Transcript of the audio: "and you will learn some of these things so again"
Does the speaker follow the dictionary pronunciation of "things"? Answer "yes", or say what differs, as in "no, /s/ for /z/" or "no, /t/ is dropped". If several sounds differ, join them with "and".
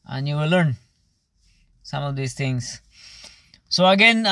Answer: no, /t/ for /θ/